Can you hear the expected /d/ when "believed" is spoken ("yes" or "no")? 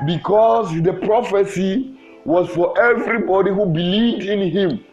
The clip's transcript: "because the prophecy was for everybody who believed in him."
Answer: yes